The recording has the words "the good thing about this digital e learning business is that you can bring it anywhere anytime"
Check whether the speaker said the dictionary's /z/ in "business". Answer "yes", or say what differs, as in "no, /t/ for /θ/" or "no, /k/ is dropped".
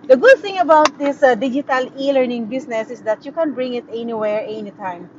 no, /s/ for /z/